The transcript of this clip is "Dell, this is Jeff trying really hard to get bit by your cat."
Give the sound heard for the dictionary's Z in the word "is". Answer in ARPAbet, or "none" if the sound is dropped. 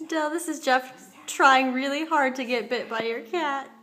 Z